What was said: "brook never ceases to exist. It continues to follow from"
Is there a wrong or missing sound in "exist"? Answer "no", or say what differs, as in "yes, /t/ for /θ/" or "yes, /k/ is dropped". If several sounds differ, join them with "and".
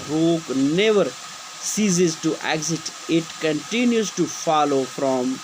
yes, /s/ is dropped